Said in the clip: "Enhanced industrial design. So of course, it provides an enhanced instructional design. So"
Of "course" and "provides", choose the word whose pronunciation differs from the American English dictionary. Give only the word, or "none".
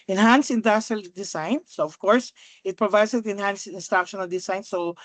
provides